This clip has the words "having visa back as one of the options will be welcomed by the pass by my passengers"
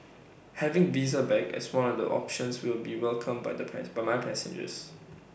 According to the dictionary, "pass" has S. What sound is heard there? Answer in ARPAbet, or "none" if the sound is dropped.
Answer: none